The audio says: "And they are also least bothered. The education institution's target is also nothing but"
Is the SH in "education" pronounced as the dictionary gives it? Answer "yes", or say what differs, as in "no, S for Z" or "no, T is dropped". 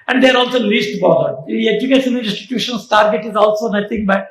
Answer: no, S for SH